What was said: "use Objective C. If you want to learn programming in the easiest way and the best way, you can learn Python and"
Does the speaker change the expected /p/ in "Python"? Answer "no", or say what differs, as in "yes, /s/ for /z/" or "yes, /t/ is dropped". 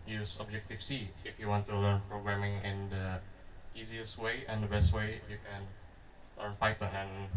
yes, /f/ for /p/